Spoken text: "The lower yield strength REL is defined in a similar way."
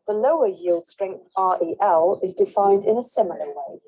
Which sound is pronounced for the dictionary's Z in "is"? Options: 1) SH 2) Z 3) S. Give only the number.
2